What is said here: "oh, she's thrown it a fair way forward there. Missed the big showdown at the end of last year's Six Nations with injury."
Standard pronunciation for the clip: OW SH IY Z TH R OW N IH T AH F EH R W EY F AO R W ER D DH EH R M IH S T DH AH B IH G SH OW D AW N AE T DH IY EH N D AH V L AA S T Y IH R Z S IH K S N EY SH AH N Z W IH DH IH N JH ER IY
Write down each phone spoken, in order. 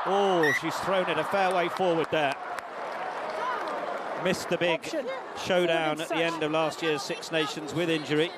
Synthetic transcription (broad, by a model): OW SH IY Z TH R OW N IH T AH F EH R W EY F AO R W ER D DH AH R M IH S T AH B IH G SH OW D AW N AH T DH IY EH N D AH V L AA S T Y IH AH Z S IH K S N EY SH AH N Z W IH DH IH N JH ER IY